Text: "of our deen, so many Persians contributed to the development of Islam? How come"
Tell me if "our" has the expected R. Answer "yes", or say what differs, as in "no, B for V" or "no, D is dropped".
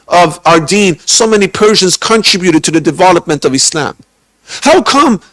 yes